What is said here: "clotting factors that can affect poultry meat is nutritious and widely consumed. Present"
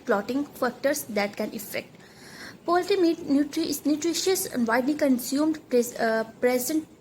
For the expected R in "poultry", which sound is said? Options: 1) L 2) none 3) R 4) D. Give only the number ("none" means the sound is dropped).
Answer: 2